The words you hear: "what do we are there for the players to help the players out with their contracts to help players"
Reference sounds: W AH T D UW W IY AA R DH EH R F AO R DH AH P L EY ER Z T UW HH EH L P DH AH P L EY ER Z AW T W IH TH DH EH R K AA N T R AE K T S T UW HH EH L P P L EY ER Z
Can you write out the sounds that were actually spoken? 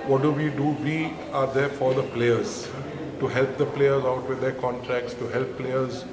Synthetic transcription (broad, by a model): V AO T D UW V IY AA R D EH R F AO R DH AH P L EY ER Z T UW HH EH L P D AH P L EY ER Z AW T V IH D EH R K AA N T R AE K T S T UW HH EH L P P L EY ER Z